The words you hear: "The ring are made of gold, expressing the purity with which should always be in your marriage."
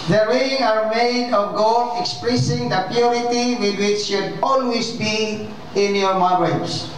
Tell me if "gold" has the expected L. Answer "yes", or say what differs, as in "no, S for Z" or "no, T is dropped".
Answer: no, L is dropped